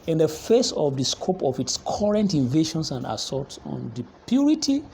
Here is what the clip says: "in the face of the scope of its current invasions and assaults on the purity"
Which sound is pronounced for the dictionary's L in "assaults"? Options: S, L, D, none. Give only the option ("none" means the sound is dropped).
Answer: none